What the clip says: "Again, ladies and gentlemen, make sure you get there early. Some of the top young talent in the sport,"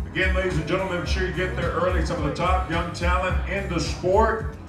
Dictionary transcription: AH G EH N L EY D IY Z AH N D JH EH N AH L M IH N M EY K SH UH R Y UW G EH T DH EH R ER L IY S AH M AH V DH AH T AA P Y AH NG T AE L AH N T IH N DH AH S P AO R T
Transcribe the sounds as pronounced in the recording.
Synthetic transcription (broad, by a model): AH G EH N L EY D IY Z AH N JH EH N L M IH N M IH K SH UH R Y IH G EH T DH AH R ER L IY S AH M AH V DH AH T AA P Y AH NG T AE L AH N IH N DH AH S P AO R T